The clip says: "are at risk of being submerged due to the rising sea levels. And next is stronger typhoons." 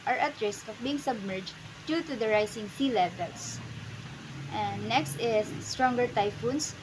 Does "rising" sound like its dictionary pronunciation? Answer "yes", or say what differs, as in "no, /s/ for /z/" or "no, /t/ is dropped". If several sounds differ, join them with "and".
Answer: no, /s/ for /z/